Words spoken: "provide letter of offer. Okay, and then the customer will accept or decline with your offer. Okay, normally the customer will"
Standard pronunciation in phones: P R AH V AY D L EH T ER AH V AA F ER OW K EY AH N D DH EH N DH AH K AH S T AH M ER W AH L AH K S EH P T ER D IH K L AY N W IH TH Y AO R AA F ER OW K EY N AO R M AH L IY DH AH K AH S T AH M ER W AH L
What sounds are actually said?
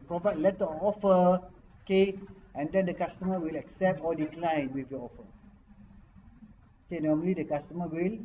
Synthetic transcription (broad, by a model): P R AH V AY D L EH T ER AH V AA F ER OW K EY AH N D EH N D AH K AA S T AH M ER W AH L AH K S EH P T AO D IH K L AY N W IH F Y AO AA F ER OW K EY N AO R M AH L IY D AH K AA S T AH M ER W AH L